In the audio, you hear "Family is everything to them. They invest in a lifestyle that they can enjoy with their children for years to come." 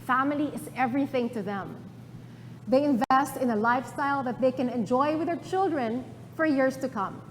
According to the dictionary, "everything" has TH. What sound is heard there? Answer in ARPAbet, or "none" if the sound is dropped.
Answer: TH